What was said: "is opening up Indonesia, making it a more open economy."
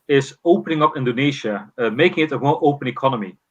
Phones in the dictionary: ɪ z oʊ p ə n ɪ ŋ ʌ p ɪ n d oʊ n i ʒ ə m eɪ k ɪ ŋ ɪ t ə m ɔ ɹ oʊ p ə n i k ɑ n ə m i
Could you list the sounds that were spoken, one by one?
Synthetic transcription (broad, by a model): ɪ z oʊ p ə n ɪ ŋ ʌ p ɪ n d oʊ n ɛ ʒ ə m eɪ k ɪ ŋ ɪ t ə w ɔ l oʊ p ə n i k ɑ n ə m i